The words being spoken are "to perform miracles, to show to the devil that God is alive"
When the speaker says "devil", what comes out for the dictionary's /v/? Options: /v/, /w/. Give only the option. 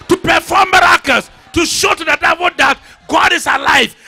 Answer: /w/